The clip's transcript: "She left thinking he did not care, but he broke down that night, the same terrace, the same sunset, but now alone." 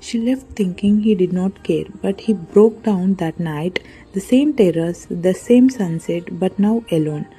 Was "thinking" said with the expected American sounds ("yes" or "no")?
no